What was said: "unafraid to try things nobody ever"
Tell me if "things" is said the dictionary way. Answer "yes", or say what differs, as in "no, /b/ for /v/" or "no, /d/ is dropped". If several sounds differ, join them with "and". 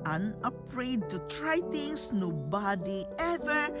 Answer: no, /t/ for /θ/ and /s/ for /z/